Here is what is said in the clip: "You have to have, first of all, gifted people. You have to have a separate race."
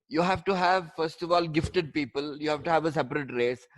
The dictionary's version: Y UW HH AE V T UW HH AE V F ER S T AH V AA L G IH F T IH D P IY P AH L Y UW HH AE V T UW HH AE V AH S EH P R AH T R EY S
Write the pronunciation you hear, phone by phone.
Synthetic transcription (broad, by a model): Y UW HH AE V T UW HH AE V F ER S T AH V AA L G IH F T IH D P IY P AH L Y UW HH AE V T UW HH AE V AH S EH P R AH T R EY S